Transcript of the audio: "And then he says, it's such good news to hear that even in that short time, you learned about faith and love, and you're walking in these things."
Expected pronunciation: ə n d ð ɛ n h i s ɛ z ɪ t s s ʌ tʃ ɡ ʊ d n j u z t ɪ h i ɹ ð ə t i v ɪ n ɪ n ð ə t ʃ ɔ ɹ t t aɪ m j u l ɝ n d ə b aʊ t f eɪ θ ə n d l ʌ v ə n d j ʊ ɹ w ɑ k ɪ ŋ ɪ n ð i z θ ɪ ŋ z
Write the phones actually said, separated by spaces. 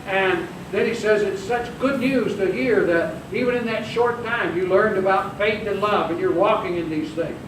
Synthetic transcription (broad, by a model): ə n ð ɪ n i s ɛ z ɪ t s s ʌ tʃ ɡ ʊ d n j u z t ɪ h i ɹ ð ə t i v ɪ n ɪ n ð ə t ʃ ɔ ɹ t t aɪ m j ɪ l ɝ n d ə b aʊ t f eɪ θ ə n l ʌ v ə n j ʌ ɹ w ɑ k ɪ ŋ ɪ n ð i z θ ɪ ŋ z